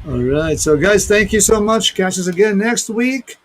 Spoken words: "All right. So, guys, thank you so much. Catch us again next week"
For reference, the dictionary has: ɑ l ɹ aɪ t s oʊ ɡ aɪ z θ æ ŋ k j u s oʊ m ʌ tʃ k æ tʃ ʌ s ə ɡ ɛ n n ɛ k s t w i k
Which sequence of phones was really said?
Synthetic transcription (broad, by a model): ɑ l ɹ aɪ t s oʊ ɡ aɪ z θ æ ŋ k j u s oʊ m ʌ tʃ k æ tʃ ʌ s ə ɡ ɛ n n ɛ k s t w i k